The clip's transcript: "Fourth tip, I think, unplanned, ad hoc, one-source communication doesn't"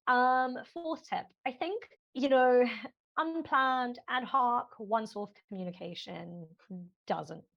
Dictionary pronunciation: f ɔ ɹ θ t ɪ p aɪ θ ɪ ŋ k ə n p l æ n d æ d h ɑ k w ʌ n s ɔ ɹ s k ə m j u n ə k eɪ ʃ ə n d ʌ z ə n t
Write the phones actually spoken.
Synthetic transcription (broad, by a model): f ɔ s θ t ɪ p aɪ θ ɪ ŋ k ə n p l æ n d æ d h ɑ k w ʌ n s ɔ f k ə m j u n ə k eɪ ʃ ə n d ʌ z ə n t